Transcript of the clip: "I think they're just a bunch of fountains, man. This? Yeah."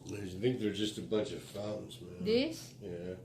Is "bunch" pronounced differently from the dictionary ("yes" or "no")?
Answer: no